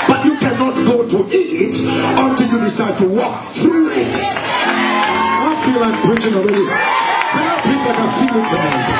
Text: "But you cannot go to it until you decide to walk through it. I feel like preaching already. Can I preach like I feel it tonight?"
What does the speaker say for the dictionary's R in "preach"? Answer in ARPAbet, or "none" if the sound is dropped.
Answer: none